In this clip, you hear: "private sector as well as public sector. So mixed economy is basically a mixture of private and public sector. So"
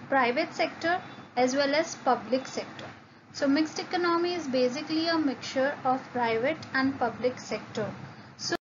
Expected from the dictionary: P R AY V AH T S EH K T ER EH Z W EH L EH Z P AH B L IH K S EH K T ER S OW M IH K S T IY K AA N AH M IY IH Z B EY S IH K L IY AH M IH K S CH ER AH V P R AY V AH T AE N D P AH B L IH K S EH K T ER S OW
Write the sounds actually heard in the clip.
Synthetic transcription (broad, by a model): P R AY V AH T S EH K T ER EH Z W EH L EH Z P AH B L IH K S EH K T ER S OW M IH K S T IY K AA N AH M IY IH Z B EY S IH K L IY AH M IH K CH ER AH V P R AY V AH T AE N D P AH B L IH K S EH K T ER S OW